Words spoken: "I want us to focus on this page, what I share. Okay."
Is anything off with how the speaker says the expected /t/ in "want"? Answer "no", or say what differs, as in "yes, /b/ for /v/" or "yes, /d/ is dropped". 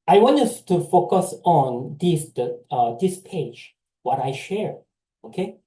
yes, /t/ is dropped